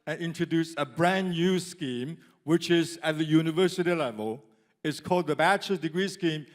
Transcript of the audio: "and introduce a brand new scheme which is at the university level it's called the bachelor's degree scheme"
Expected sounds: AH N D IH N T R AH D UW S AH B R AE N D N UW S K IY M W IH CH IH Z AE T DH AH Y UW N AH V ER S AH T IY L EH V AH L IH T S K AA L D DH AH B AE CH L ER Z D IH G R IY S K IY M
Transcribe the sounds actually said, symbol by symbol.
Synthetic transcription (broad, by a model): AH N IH N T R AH D UW S AH B R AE N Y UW S K IY M W IH CH IH Z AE T DH AH Y UW N AH V ER S AH T IY L EH V AH L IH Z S K AA L D DH AH B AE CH ER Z D IH G R IY S K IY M